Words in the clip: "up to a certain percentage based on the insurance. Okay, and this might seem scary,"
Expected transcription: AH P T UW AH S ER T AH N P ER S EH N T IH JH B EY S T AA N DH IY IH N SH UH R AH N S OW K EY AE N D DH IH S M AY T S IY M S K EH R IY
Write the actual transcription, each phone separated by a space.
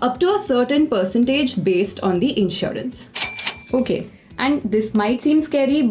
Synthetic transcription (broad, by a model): AH P T UW AH S ER T AH N P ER S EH N T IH JH B EY S T AA N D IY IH N SH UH R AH N S OW K EY AE N D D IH S M AY T S IY M S K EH R IY